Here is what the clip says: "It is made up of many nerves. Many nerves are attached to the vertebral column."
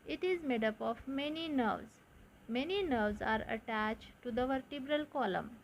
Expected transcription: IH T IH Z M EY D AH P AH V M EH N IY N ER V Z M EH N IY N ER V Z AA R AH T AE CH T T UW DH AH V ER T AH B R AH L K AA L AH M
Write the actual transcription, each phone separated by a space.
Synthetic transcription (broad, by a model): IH T IH Z M EY D AH P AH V M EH N IY N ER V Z M EH N IY N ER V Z AA R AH T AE CH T T UW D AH V ER T AH B R AH L K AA L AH M